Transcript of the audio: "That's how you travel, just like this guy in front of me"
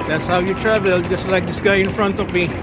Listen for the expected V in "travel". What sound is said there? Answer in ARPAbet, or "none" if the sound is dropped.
V